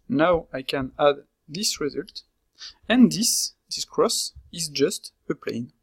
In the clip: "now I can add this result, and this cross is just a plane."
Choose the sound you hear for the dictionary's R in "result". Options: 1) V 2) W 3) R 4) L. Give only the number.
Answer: 3